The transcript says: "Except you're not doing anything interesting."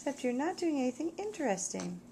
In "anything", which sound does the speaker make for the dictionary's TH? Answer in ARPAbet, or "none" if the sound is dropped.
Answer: TH